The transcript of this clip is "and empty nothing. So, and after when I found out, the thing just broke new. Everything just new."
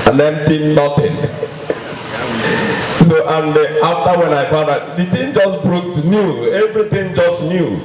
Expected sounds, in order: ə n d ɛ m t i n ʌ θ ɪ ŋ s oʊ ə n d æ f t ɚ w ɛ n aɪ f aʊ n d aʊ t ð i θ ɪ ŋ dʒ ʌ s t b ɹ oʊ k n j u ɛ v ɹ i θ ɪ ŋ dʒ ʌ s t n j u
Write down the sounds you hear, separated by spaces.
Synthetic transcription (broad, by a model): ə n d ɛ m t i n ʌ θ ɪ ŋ s oʊ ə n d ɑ f t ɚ w ɛ n aɪ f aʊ d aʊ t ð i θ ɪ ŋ dʒ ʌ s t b ɹ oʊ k n j u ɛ v ɹ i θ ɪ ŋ dʒ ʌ s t n j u